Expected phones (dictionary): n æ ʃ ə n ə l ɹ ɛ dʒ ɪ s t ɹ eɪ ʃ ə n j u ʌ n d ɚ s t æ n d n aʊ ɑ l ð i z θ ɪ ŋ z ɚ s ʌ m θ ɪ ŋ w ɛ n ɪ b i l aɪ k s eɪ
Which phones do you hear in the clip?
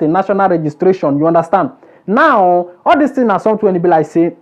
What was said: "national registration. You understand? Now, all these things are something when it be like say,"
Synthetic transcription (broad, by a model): n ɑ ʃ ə n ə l ɹ ɛ dʒ ɪ s t ɹ eɪ ʃ ə n j u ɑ n d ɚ s t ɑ n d n aʊ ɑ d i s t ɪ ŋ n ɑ s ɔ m t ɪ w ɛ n ɪ b i l aɪ s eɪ